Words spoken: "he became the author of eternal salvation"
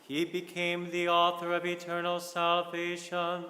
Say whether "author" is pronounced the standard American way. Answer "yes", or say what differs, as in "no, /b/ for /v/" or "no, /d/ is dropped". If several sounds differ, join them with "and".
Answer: yes